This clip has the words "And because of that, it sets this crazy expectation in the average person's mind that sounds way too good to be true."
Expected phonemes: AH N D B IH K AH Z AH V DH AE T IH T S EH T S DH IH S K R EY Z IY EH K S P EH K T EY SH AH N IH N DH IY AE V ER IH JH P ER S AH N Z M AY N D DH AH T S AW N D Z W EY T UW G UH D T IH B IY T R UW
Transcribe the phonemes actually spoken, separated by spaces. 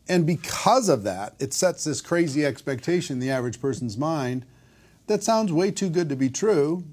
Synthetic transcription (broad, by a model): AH N B IH K AH Z AH V DH AE T IH T S EH T S DH IH S K R EY Z IY EH K S P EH K T EY AH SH IH N DH IY AE V ER IH JH P ER S N Z M AY N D DH AH T S AW N D Z W EY T UW G UH D T IH B IY T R UW